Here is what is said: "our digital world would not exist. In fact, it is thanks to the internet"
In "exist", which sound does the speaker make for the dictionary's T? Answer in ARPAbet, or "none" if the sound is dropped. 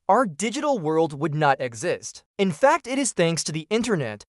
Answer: T